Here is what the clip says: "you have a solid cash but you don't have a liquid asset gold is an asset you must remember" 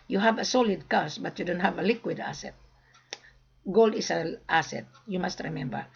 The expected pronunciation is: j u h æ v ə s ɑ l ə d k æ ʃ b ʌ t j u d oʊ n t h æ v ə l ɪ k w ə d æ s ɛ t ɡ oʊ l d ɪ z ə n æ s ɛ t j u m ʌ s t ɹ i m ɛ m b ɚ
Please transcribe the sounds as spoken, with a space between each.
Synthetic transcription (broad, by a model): j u h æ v ə s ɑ l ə d k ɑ s b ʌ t j u d oʊ n t h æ v ə l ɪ k w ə d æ s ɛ t ɡ oʊ l d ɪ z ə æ s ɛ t j u m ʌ s t ɹ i m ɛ m b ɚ